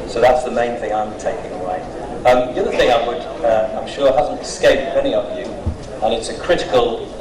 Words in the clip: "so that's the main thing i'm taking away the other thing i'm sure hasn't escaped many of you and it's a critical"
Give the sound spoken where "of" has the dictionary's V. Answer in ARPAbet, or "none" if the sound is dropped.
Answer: V